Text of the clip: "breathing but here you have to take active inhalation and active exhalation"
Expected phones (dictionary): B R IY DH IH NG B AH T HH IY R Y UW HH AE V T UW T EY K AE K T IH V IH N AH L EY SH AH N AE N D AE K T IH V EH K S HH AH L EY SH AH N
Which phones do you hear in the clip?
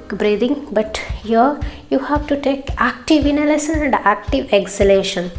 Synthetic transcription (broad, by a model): B R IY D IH NG B AH T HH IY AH Y UW HH AE V T UW T EY K AE K T IH V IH N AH L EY S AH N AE N D AE K T IH V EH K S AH L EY SH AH N